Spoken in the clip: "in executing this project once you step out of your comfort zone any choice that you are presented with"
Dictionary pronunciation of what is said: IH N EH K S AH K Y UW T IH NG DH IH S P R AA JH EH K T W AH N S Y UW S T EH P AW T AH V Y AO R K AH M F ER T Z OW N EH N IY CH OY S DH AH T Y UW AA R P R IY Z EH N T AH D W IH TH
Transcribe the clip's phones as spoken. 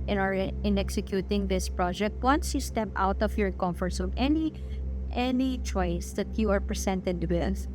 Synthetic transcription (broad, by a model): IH N EH K S AH K Y UW T IH NG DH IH S P R AA JH EH K T W AH N S Y UW S T EH P AW T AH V Y AO R K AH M F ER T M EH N EH N IY CH OY S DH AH T Y UW AA R P R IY S EH N T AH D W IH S